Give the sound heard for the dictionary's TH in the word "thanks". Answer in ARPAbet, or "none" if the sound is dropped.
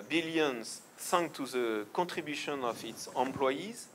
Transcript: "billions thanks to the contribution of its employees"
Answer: S